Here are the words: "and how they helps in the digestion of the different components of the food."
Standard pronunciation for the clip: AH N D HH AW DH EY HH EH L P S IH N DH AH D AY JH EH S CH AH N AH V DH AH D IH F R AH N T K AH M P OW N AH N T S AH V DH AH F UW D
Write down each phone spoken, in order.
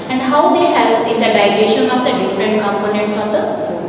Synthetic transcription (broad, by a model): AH N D HH AW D EY HH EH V S IH N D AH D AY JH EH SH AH N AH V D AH D IH F R AH N T K AH M P OW N AH N T S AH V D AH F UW